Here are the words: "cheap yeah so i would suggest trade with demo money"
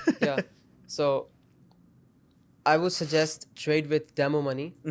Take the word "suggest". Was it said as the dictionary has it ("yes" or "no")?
yes